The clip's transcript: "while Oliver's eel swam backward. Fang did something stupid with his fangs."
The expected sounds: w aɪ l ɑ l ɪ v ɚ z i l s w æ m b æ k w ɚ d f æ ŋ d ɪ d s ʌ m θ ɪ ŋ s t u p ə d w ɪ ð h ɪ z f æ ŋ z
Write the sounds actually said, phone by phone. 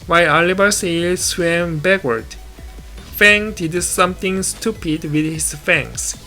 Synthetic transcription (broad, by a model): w aɪ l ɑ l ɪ b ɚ s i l s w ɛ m b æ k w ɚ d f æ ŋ d ɪ d s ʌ m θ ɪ ŋ s t u p ə d w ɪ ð h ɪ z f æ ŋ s